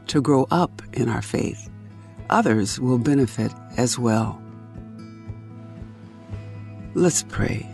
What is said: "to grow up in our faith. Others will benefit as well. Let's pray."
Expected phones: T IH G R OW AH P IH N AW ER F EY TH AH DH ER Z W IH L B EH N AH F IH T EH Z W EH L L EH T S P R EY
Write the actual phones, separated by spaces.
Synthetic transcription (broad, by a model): T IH G R OW AH P IH N AW ER F EY TH AH DH ER Z W IH L B EH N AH F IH T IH Z W EH L L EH T S P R EY